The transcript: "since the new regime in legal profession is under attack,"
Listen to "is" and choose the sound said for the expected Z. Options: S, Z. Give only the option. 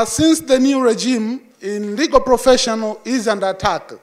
Z